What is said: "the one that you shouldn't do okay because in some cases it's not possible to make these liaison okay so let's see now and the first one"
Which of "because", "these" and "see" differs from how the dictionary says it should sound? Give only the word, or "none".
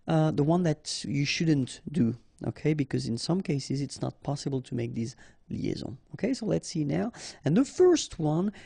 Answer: none